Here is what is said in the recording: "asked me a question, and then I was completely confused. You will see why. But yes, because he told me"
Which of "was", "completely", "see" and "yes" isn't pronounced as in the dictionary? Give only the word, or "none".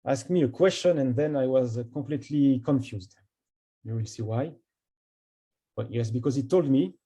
completely